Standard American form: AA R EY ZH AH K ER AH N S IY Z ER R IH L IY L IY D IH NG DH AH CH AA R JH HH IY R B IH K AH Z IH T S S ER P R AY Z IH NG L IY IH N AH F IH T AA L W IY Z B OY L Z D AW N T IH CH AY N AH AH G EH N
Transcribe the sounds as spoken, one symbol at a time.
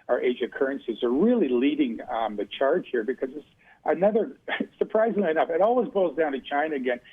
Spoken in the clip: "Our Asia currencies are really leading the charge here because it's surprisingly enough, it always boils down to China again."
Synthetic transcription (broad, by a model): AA R EY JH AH K ER AH N S IY Z ER R IH L IY L IY D IH NG DH AH CH AA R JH HH IY R B IH K AH Z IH T S S ER P R AY Z IH NG L IY IH N AH F IH T AA L W IY Z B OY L Z D AW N T IH CH AY N AH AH G EH N